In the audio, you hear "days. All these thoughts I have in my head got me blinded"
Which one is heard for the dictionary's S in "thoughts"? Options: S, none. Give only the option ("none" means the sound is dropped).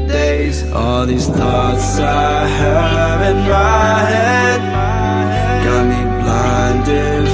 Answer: S